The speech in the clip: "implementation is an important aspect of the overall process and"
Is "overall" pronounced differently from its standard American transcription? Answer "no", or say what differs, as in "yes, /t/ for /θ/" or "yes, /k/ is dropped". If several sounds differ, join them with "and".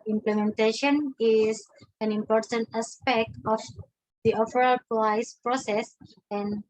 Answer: yes, /f/ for /v/